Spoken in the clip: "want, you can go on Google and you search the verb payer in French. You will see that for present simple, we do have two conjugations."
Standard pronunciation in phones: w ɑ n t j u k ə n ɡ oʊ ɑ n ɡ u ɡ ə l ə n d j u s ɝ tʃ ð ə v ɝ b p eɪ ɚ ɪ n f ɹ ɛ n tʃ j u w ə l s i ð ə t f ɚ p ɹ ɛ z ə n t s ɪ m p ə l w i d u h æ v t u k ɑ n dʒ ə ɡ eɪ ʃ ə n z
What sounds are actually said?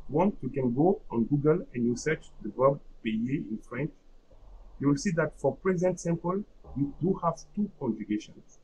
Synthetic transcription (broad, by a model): w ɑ n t j u k ə n ɡ oʊ ɑ n ɡ u ɡ ə l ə n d j u s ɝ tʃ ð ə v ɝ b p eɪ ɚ ɪ n f ɹ ɛ n tʃ j u w ə l s i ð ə t f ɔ p ɹ ɛ z ə n t s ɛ m p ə l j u d u h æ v t u k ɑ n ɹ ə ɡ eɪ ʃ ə n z